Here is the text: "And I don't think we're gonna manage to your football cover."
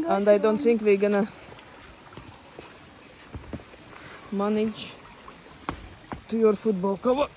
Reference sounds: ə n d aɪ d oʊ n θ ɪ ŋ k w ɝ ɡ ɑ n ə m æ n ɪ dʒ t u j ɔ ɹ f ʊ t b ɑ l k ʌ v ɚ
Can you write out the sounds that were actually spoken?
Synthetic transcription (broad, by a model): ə n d aɪ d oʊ n s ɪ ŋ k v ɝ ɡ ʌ n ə m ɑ n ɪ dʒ t u j ɔ ɹ f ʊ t b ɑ l k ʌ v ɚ